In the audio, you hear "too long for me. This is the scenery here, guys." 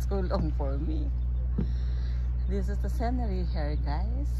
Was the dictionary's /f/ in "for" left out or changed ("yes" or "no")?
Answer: no